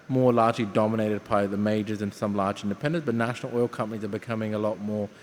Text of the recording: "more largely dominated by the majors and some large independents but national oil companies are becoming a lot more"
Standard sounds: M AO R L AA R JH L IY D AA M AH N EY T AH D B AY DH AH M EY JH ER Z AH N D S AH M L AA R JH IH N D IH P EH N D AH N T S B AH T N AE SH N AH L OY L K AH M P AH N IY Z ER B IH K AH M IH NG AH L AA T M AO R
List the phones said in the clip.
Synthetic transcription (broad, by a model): M AO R L AA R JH L IY D AA M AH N EY T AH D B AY DH AH M EY JH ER Z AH N S AH M L AA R JH IH N D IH P EH N D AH N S B AH T N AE SH N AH L OY L K AH M P AH N IY Z ER B IH K AH M IH NG AH L AA T M AO R